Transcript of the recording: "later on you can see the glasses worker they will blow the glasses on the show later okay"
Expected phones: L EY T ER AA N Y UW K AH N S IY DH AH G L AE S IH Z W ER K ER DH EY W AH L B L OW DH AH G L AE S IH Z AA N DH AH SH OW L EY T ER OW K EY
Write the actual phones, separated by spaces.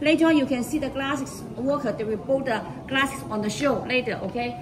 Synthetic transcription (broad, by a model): L EY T ER AA N Y UW K AH N S IY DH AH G L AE S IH S W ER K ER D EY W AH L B OW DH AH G L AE S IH S AA N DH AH SH OW L EY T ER OW K EY